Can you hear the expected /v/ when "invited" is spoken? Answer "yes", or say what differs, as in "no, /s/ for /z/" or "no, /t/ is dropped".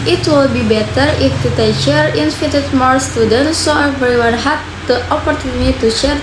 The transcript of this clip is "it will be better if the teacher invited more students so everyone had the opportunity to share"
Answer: no, /f/ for /v/